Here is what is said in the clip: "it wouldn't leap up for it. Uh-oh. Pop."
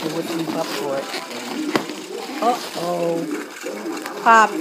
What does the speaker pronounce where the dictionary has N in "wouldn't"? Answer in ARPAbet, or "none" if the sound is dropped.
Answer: none